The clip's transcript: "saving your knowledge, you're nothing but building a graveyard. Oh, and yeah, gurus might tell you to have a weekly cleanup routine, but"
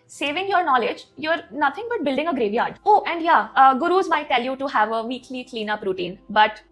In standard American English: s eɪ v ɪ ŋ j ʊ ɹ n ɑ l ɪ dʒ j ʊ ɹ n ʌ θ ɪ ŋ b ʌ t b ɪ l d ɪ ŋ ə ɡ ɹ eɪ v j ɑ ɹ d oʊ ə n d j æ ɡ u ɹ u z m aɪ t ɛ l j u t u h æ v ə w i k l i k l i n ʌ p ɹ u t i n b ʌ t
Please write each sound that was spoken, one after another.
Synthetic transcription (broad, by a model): s eɪ v ɪ ŋ j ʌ ɹ n ɑ l ɪ dʒ j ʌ ɹ n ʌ t ɪ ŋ b ʌ t b ɪ l d ɪ ŋ ə ɡ ɹ eɪ v j ɑ ɹ d oʊ ə n d j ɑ ɡ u ɹ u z m aɪ t ɛ l j u t u h æ v ə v i k l i k l i n ʌ p ɹ u t i n b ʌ t